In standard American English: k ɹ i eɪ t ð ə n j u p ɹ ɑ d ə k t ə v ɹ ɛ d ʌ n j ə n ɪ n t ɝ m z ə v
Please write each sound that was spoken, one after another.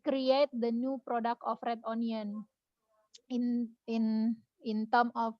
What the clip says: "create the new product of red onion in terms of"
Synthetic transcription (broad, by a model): k ɹ i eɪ t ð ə n j u p ɹ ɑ d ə k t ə f ɹ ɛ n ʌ n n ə n ɪ n t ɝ m ə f